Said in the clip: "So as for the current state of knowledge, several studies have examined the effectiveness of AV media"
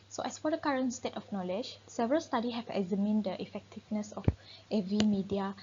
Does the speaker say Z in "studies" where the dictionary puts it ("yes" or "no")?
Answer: no